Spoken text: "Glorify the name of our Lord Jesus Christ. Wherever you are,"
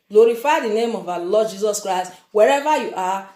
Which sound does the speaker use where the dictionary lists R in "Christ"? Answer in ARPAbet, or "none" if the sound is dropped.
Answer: R